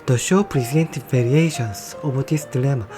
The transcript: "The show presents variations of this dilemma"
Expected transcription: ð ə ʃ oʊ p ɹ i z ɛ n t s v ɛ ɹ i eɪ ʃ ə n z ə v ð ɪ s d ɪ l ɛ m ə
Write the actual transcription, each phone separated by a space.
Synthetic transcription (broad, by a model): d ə ʃ oʊ p ɹ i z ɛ n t v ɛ ɹ i eɪ ʃ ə n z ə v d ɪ s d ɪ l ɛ m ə